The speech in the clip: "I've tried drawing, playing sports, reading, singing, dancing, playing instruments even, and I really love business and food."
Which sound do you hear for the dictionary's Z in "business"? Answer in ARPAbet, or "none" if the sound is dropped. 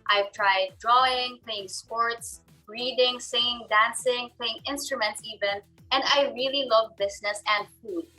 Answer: S